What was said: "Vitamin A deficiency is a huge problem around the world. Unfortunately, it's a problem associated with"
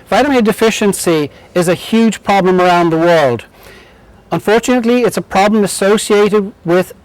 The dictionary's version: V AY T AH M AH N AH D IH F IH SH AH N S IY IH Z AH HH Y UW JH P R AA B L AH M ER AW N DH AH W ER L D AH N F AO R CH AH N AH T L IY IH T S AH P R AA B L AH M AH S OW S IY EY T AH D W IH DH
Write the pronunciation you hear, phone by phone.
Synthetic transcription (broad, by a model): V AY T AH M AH D IH F IH SH AH N S IY IH Z AH HH Y UW JH P R AA B L AH M ER AW N DH AH W ER L D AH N F AO R CH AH N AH T L IY IH T S AH P R AA B L AH M AH S OW S IY EY T AH D W IH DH